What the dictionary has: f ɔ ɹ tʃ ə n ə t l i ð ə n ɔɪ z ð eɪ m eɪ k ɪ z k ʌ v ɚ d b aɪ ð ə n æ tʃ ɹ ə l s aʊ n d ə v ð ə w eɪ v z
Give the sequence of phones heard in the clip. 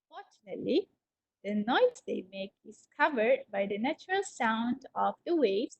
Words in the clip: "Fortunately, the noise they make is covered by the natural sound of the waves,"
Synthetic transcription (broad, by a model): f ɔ ɹ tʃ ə n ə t l i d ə n ɔɪ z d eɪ m eɪ k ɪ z k ʌ v ɚ d b aɪ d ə n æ tʃ ɹ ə l s aʊ n d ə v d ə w eɪ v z